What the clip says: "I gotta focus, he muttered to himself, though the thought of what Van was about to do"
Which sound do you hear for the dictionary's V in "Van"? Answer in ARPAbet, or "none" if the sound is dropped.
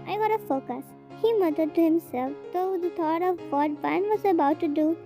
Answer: B